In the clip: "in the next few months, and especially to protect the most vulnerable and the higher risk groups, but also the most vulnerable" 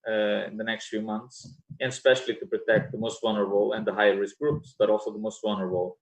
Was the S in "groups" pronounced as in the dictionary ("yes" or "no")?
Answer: yes